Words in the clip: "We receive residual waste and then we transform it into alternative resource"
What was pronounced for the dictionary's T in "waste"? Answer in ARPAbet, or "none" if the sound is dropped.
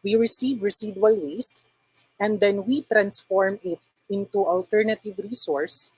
T